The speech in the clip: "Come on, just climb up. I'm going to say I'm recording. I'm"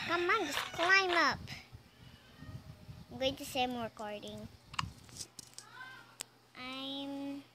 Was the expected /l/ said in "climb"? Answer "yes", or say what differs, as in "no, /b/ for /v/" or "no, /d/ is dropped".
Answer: yes